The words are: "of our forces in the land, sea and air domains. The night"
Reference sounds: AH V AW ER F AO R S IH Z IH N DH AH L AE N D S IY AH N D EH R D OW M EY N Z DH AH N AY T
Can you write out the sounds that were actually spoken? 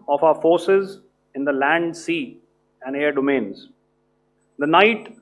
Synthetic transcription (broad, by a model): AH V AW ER F AO R S IH Z IH N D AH L AE N D S IY AH N D EH R D OW M EY N Z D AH N AY T